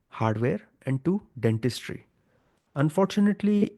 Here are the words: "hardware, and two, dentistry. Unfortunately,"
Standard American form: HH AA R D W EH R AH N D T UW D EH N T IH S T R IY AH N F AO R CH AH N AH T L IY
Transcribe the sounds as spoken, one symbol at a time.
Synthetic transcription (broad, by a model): HH AA R D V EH R AH N D T UW D EH N T IH S T R IY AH N F AO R CH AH N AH T L IY